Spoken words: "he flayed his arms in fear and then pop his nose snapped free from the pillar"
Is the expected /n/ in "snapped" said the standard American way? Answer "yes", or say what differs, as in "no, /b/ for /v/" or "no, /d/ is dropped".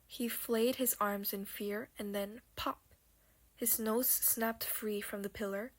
yes